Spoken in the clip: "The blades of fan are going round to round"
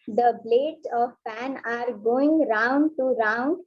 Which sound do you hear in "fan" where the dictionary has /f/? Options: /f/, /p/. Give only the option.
/p/